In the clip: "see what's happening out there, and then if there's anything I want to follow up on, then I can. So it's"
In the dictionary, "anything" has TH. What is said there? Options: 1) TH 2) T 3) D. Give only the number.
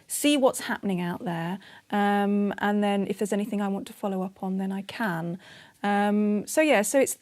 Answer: 1